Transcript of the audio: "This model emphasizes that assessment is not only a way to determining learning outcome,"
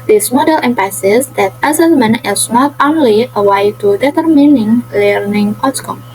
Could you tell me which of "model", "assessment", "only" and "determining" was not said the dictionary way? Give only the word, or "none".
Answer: assessment